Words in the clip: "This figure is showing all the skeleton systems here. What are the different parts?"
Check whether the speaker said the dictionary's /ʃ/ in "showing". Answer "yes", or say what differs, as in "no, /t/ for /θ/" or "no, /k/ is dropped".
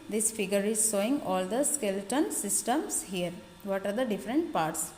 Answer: no, /s/ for /ʃ/